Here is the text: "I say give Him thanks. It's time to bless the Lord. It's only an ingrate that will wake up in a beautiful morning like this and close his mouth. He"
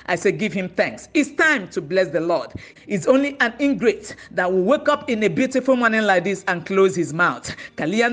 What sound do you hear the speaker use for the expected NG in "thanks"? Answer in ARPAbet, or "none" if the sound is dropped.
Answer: NG